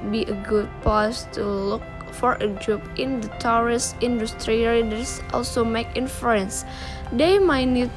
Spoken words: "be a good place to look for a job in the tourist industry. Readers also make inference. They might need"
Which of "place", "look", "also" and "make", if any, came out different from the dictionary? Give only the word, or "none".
place